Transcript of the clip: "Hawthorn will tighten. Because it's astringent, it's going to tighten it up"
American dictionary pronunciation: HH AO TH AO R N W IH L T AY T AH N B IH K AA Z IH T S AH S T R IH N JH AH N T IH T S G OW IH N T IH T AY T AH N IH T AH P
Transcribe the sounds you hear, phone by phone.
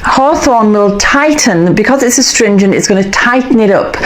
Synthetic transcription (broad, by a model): HH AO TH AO N W IH L T AY T N B IH K AA Z IH T S AH S T R IH N JH AH N T IH T S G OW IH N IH T AY T N IH T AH P